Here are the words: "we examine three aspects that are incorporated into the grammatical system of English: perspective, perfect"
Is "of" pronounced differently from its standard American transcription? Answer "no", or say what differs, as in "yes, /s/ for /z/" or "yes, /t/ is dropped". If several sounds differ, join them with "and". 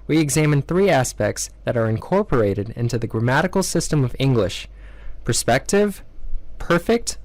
no